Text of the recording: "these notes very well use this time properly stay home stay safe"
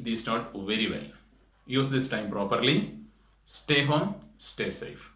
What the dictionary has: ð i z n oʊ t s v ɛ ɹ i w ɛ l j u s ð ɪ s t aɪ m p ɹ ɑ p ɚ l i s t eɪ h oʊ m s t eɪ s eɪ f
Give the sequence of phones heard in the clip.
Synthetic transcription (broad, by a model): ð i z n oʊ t v ɛ ɹ i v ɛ l j u s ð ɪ s t aɪ m p ɹ ɑ p ɚ l i s t eɪ h oʊ m s t eɪ s eɪ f